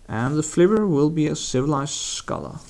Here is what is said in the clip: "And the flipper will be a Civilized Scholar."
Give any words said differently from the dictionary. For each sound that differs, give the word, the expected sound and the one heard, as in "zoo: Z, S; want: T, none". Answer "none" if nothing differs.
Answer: flipper: P, B